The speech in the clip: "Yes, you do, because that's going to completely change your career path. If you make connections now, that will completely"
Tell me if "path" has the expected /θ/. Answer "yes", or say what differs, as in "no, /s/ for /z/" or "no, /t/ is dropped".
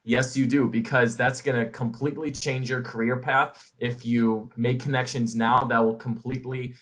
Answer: yes